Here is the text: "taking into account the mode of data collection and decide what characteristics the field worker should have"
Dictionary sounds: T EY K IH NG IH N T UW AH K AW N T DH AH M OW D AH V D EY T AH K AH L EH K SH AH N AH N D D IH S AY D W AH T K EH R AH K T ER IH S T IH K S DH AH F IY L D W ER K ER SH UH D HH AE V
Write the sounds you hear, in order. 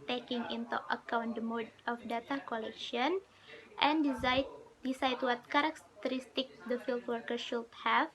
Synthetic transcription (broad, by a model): T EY K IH NG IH N T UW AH K AW N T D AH M OW D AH F D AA T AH K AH L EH K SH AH N AH N D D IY S AY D W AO T K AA R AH K T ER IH S T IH K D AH F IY L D W ER K ER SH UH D HH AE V